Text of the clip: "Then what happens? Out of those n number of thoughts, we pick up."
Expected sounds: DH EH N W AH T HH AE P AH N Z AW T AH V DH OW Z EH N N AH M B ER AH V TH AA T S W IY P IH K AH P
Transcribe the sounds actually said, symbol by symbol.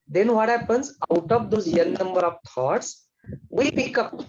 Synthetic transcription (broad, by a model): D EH N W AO T HH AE P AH N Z AW T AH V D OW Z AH L N AH M B ER AH V T AA T S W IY P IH K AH P